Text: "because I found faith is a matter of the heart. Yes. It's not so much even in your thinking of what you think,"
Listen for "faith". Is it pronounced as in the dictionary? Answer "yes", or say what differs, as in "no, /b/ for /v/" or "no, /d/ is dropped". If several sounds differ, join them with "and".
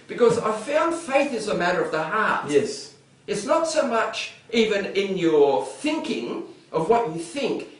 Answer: yes